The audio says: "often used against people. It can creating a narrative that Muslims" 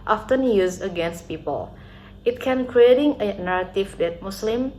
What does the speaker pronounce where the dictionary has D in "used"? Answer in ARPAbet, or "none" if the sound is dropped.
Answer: none